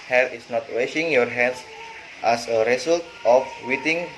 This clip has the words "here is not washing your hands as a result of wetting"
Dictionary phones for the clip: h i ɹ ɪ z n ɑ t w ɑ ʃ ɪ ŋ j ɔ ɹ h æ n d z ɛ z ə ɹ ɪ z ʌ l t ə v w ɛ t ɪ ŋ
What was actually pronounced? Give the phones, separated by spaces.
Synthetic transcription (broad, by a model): h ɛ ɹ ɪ s n ɑ t w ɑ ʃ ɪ ŋ j ɔ ɹ h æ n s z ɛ s ə ɹ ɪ s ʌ l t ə f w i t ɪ ŋ